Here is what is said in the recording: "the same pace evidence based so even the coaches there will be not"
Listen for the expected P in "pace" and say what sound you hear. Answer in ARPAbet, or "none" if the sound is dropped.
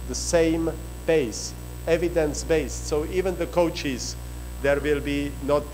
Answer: B